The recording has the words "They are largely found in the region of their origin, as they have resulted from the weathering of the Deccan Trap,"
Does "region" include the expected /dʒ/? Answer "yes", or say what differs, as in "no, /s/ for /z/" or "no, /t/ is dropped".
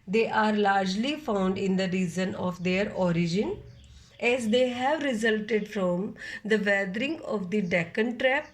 no, /z/ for /dʒ/